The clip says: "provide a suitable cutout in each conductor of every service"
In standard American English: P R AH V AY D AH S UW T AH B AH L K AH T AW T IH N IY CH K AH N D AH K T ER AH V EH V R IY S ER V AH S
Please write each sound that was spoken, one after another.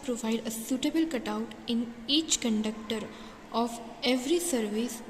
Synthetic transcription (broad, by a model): P R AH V AY D AH S UW T AH B AH L K AH T AW T IH N IY CH K AH N D AH K T ER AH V EH V R IY S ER V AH S